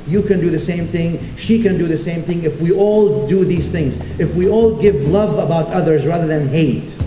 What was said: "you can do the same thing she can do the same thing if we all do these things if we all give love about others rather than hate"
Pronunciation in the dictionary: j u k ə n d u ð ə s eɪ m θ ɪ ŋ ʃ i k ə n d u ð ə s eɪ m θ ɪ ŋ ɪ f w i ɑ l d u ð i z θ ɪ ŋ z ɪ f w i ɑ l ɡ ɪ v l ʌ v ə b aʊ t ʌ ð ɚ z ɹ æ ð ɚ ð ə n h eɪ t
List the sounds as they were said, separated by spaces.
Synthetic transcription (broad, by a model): j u k ə n d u ð ə s eɪ m θ ɪ ŋ ʃ i k ə n d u ð ə s eɪ m θ ɪ ŋ ɪ f w i ɑ l d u ð i z θ ɪ ŋ z ɪ f w i ɑ l ɡ ɪ v l ʌ v ə b aʊ t ʌ ð ɚ z ɹ æ ð ɚ ð ə n h eɪ t